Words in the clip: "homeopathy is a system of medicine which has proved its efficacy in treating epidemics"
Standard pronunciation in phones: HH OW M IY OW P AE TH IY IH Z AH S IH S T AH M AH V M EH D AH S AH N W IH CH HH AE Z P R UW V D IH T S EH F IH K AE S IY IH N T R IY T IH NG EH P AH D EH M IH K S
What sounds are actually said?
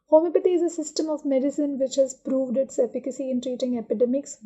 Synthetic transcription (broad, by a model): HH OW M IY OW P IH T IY IH Z AH S IH S T AH M AH V M EH D AH S AH N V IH CH HH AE Z P R UW V D IH T S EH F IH K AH S IY IH N T R IY T IH NG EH P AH D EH M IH K S